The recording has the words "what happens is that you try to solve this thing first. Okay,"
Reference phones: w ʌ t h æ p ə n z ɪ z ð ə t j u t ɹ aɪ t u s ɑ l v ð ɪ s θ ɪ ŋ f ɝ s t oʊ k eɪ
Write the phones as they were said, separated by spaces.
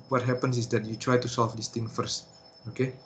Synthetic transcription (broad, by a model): w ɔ t h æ p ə n s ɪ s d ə t j u t ɹ aɪ t u s ɑ l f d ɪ s t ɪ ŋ f ɝ s t oʊ k eɪ